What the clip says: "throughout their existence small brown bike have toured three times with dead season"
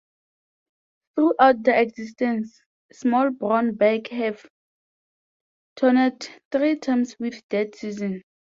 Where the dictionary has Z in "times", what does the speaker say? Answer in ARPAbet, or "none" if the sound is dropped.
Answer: S